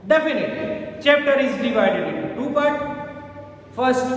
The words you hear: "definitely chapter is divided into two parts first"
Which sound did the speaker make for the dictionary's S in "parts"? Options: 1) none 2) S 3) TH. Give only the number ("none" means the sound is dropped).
1